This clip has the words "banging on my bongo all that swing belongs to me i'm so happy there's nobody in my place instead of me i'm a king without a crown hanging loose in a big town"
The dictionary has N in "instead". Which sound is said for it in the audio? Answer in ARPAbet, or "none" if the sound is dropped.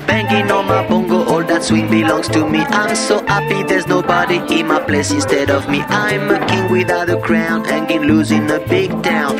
N